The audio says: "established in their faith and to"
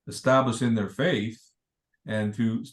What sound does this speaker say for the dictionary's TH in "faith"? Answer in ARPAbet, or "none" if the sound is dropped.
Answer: TH